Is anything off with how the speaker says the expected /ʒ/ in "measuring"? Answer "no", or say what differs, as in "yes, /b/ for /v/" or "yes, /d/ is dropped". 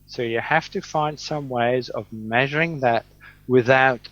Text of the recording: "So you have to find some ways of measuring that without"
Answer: no